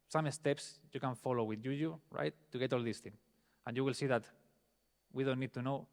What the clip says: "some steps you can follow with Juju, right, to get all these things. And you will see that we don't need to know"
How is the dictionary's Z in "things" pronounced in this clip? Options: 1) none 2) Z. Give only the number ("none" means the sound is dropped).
1